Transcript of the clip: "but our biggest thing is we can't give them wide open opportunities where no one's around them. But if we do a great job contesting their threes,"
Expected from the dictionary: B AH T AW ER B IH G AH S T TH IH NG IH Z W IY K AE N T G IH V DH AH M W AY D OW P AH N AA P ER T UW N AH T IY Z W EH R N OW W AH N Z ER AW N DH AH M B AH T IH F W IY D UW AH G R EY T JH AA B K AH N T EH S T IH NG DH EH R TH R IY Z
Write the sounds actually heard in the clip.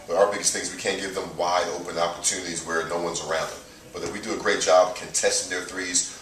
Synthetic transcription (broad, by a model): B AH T AW ER B IH G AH S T TH IH NG Z W IY K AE N G IH V DH AH M W AY D OW P AH N AA P ER T UW N AH T IY Z W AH R N OW W AH N Z ER AW N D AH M B AH T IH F W IY D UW AH G R EY T JH AA B K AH N T EH S T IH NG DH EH R TH R IY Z